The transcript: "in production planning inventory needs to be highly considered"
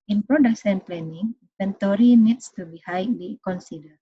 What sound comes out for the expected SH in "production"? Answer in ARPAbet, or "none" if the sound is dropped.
S